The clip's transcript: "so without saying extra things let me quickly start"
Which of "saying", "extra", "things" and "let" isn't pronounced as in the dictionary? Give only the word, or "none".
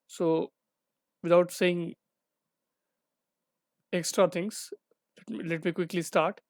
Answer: things